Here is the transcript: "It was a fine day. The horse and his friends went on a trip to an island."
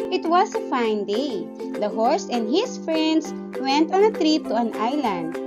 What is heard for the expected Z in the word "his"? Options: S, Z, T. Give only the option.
S